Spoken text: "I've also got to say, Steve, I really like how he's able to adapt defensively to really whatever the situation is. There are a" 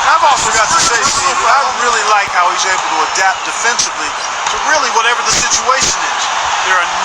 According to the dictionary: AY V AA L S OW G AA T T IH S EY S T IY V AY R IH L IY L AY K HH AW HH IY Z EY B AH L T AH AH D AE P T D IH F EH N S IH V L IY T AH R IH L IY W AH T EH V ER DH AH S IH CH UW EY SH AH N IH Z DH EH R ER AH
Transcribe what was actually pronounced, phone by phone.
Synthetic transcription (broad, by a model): AY V AA L S OW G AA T T IH S EY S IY AY R IH L IY L AY K HH AW HH IY Z EY B L T AH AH D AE P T D IH F EH N S IH V L IY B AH R IH L IY W AH T EH V ER DH AH S IH CH UW EY SH AH N IH Z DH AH R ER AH